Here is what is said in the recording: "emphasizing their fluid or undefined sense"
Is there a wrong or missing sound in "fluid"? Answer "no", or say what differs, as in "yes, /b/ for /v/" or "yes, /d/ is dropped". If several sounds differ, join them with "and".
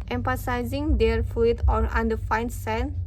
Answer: yes, /l/ is dropped